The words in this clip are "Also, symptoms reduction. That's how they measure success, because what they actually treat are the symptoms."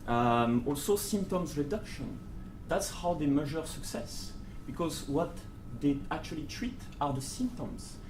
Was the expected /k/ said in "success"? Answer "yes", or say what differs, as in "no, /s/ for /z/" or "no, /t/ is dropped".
yes